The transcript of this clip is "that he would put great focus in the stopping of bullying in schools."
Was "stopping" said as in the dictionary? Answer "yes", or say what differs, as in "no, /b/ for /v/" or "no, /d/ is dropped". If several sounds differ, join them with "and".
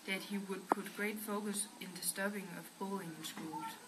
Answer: no, /b/ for /p/